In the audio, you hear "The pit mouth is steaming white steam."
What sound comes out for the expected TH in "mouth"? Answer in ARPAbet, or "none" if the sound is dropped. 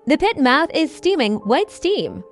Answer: TH